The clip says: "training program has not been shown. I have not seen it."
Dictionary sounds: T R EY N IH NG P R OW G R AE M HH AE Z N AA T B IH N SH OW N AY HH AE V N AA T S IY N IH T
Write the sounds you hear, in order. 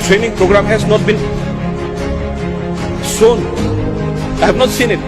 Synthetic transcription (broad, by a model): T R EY N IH NG P R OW G R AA M HH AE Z N AA T B IH N S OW N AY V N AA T S IY N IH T